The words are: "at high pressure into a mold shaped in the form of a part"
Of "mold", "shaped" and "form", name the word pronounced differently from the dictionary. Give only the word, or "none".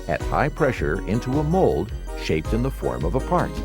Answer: none